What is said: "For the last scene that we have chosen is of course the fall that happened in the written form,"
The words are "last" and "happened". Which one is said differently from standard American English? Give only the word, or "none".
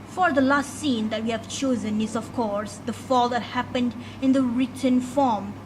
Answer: none